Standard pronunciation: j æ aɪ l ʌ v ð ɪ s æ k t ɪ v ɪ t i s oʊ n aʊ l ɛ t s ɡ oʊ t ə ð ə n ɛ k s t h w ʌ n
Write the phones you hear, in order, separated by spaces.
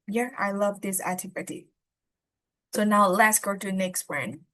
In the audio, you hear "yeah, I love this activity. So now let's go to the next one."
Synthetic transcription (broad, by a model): j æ aɪ l ʌ v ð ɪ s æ t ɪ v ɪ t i s oʊ n aʊ l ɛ t s ɡ oʊ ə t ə n ɛ k s t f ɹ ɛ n